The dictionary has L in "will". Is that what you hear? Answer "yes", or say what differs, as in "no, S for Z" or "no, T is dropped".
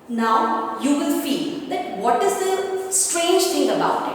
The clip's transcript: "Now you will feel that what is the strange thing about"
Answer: no, N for L